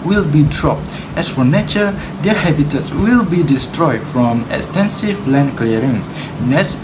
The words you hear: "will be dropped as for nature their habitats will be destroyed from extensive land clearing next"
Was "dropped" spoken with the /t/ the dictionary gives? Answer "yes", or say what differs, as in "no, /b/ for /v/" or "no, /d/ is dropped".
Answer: yes